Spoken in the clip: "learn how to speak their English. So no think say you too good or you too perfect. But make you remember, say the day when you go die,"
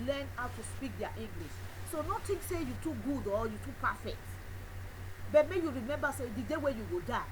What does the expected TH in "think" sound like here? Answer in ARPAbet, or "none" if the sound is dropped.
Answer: T